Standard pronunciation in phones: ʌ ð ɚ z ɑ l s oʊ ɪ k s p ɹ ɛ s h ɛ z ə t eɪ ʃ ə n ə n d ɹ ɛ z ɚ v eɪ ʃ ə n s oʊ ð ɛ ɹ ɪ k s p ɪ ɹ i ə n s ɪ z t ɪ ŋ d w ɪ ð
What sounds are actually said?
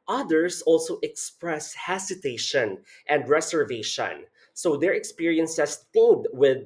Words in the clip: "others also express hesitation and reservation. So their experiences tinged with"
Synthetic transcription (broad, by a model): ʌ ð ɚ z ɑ l s oʊ ɪ k s p ɹ ɛ s h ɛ s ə t eɪ ʃ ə n ə n d ɹ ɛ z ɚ v eɪ ʃ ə n s oʊ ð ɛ ɹ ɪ k s p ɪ ɹ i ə n s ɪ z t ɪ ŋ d w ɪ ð